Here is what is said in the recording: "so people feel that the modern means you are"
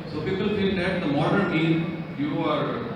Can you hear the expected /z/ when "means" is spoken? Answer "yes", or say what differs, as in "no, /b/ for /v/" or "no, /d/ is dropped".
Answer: no, /z/ is dropped